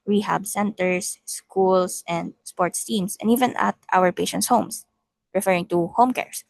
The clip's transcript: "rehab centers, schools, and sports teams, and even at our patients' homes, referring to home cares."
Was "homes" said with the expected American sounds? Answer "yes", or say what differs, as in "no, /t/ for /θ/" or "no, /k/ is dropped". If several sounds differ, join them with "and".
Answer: no, /s/ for /z/